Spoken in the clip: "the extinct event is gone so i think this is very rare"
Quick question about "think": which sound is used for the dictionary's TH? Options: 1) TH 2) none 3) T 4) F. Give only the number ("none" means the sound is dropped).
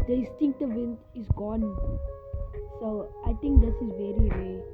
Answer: 3